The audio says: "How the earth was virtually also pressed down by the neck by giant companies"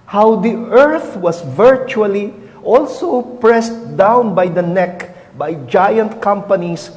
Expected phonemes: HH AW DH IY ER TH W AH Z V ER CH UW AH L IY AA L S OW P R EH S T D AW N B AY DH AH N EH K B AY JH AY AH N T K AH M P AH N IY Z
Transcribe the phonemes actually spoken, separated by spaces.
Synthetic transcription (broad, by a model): HH AW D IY ER TH W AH S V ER CH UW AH L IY AA L S OW P R EH S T D AW N B AY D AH N EH K B AY JH AY AH N T K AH M P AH N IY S